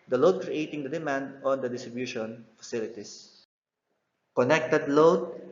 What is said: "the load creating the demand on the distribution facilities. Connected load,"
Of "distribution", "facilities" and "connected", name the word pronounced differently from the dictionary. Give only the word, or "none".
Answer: facilities